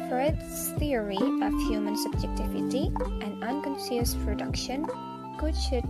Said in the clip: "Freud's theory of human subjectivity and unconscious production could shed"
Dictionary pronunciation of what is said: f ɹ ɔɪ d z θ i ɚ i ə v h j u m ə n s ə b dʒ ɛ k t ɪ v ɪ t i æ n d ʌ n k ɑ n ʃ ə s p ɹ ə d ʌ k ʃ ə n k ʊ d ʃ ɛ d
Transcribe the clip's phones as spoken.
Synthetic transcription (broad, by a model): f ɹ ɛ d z θ i ɚ i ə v h j u m ə n s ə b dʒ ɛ k t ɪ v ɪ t i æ n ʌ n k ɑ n s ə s p ɹ ə d ʌ k ʃ ə n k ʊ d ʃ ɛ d